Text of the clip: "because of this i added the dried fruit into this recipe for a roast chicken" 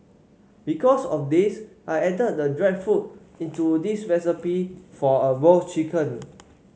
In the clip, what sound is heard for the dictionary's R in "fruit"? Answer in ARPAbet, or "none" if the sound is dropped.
none